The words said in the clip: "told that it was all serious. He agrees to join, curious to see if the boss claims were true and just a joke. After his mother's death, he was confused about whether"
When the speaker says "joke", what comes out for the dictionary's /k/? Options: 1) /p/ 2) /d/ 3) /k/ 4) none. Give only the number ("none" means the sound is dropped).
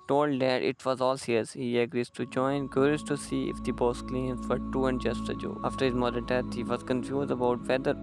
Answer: 4